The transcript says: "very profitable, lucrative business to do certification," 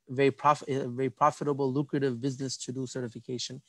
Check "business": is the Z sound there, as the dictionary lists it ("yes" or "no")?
yes